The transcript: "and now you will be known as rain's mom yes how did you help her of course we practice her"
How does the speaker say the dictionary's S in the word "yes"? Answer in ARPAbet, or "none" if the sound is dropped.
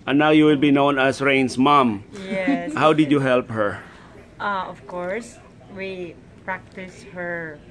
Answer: none